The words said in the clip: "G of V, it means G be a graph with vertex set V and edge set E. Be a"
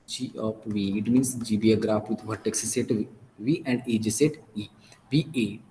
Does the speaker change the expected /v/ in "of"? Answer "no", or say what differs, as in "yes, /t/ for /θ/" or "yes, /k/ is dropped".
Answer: yes, /p/ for /v/